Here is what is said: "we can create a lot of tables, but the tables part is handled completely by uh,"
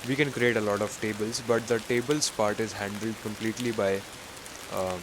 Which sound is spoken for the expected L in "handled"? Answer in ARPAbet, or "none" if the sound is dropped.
L